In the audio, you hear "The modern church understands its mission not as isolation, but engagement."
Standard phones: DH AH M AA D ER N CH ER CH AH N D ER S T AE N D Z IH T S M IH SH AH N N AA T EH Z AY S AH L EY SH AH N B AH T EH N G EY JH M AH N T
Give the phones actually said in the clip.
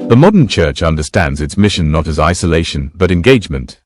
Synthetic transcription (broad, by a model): DH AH M AA D ER N CH ER CH AH N D ER S T AE N D Z IH T S M IH SH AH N N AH T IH Z AY S AH L EY SH AH N B AH T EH N G EY JH M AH N T